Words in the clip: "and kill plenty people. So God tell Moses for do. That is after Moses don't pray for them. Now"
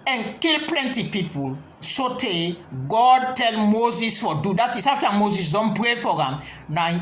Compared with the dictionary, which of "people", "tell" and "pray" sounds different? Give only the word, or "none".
none